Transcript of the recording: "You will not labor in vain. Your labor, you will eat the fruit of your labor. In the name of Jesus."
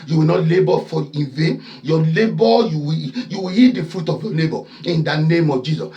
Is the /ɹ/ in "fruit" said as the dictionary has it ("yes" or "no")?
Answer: yes